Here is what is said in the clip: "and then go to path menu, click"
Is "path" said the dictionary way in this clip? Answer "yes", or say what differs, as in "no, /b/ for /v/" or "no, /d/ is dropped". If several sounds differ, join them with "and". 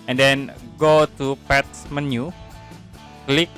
no, /s/ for /θ/